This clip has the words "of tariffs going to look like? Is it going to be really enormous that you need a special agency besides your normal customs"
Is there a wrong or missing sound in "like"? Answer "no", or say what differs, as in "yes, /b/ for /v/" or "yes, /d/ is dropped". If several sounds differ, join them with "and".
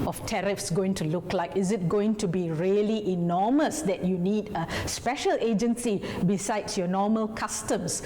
no